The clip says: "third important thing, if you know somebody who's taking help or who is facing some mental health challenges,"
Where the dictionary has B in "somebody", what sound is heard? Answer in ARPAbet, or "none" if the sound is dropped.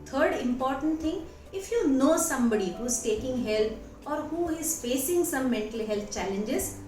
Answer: B